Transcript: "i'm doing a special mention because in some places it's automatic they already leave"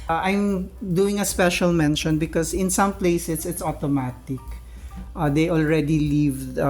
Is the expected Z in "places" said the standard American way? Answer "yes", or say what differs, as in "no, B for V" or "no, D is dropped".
no, S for Z